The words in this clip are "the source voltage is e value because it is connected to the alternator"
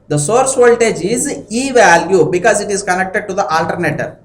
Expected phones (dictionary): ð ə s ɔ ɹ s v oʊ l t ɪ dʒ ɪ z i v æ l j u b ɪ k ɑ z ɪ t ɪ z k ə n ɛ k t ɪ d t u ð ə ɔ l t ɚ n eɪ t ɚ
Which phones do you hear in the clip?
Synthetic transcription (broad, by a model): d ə s ɔ ɹ s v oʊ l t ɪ dʒ ɪ z i v æ l j u b ɪ k ɑ z ɪ t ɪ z k ə n ɛ k t ɪ d t u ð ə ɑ l t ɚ n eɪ t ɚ